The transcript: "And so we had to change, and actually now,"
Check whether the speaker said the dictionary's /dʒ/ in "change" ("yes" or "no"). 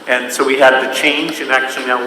yes